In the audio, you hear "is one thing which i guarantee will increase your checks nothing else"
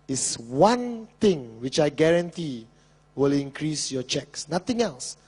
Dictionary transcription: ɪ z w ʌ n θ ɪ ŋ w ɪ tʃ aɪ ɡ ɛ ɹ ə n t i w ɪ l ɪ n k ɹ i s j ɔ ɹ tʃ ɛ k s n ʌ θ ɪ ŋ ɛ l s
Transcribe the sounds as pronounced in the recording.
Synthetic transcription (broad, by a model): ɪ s w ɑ n t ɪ ŋ w ɪ tʃ aɪ ɡ ɛ ɹ ə n t i w ɪ l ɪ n k ɹ i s j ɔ tʃ ɛ k s n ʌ t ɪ ŋ ɛ l s